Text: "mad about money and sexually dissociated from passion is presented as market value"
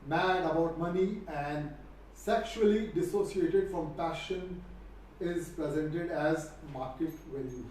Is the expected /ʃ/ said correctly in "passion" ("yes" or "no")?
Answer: yes